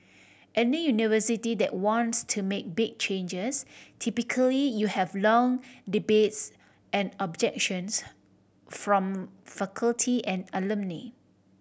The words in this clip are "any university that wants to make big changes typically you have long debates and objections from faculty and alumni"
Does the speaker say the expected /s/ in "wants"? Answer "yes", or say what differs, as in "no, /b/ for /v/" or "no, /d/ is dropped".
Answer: yes